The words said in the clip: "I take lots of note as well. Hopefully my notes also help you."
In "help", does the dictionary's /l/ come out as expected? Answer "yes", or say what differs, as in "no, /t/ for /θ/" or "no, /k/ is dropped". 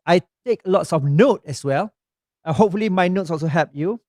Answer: no, /l/ is dropped